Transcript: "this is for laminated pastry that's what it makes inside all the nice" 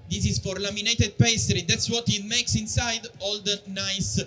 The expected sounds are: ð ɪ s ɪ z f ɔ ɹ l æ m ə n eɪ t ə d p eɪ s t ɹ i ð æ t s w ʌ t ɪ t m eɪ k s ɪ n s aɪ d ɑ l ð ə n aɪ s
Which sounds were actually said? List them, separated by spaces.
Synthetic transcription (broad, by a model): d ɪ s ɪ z f ɔ ɹ l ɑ m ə n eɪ t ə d p eɪ s t ɹ i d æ t s w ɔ t ɪ t m eɪ k s ɪ n s aɪ d ɑ l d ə n aɪ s